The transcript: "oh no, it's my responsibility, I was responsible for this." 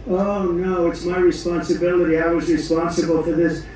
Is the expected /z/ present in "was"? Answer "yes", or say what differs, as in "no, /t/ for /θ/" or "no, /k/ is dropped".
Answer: yes